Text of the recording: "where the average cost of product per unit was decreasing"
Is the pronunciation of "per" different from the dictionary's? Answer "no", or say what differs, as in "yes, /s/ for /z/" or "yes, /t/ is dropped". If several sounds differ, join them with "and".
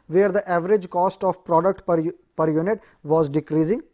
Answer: no